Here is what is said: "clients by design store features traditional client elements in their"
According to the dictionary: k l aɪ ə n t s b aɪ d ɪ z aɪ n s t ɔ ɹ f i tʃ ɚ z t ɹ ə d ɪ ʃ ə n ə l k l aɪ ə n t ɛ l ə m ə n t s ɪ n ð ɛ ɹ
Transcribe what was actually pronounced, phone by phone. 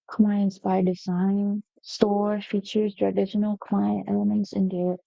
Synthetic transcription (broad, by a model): k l aɪ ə n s b aɪ d ɪ z aɪ n s t ɔ ɹ f i tʃ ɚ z t ɹ ə d ɪ ʃ ə n ə l k l aɪ ə n t ɛ l ə m ə n t s ɪ n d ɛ